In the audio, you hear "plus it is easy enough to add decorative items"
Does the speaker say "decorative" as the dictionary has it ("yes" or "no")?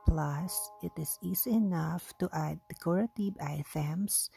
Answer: no